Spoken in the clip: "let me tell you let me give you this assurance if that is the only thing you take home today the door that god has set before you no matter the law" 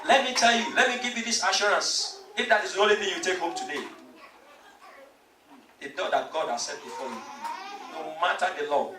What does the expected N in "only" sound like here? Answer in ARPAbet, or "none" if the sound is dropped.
none